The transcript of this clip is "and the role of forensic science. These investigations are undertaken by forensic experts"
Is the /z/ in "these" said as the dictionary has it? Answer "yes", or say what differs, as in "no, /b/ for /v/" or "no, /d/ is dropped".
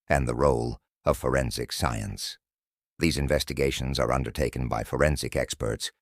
yes